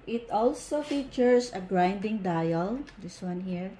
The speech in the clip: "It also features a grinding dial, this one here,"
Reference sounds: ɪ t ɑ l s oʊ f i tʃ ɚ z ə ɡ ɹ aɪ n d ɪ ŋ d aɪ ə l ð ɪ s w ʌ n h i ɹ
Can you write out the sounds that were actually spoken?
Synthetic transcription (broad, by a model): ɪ t ɑ l s oʊ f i tʃ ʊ s ə ɡ ɹ aɪ n d ɪ ŋ d aɪ ə l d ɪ s w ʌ n h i ɹ